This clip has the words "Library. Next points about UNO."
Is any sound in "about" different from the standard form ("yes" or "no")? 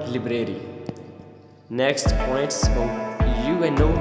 yes